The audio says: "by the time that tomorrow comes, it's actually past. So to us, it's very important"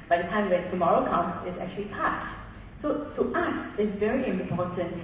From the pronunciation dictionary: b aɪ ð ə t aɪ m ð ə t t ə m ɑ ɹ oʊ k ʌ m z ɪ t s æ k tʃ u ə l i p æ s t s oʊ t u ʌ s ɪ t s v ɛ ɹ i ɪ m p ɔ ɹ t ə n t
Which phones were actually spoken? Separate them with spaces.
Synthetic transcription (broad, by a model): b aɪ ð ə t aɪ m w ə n t ə m ɑ ɹ oʊ k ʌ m ɪ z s æ k tʃ u ə l i p æ s t s oʊ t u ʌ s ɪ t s v ɛ ɹ i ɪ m p ɔ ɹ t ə n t